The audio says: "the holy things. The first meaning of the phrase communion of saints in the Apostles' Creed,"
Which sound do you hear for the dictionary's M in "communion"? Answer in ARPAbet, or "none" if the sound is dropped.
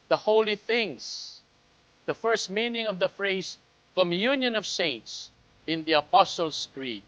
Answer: M